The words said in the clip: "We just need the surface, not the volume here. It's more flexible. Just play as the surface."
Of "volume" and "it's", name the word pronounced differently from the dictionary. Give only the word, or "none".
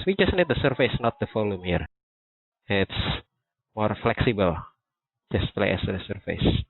volume